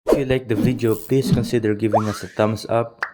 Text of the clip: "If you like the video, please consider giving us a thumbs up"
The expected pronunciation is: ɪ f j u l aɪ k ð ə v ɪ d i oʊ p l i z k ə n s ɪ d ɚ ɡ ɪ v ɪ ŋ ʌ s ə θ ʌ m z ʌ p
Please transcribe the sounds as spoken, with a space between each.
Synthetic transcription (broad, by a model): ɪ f j u l aɪ k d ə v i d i oʊ p l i s k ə n s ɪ d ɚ ɡ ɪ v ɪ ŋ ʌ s ə t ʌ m s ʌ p